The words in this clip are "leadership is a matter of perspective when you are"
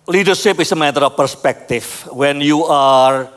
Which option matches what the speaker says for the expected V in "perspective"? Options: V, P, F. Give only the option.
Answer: F